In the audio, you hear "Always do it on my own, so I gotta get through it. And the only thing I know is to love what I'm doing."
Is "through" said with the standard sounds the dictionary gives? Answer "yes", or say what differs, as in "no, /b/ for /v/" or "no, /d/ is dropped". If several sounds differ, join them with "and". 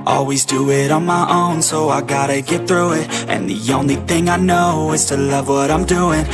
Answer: yes